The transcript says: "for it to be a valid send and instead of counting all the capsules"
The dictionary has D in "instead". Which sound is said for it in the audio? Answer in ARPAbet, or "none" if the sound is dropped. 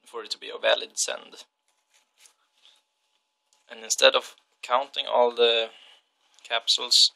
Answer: D